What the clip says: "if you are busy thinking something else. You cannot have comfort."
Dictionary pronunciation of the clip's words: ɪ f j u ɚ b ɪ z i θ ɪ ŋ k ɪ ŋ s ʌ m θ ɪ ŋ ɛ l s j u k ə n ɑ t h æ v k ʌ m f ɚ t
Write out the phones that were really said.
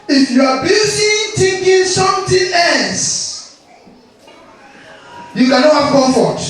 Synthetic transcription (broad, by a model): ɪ f j u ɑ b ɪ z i t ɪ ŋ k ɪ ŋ s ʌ m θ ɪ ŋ ɛ l s j u k ə n ɑ t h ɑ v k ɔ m f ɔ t